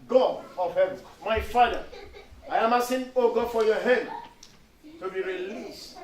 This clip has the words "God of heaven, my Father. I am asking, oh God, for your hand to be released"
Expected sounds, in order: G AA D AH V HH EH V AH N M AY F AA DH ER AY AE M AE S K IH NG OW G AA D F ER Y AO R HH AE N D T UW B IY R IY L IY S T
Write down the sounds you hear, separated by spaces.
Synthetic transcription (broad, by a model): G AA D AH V HH EH V AH N M AY F AA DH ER AY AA M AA S IH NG OW G AA D F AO Y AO HH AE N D T UW B IY R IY L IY S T